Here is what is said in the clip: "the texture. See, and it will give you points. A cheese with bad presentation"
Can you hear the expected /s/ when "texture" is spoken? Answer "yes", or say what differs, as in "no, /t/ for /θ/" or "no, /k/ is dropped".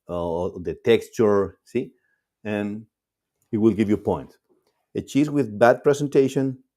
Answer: yes